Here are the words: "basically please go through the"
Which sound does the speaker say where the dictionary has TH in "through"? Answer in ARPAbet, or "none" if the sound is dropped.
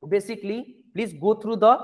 T